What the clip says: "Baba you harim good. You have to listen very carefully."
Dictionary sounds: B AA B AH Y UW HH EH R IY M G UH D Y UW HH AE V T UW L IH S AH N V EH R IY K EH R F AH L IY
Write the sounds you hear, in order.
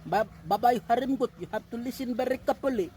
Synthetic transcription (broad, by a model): B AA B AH Y UW HH EH R IY M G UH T Y UW HH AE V T UW L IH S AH N B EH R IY K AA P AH L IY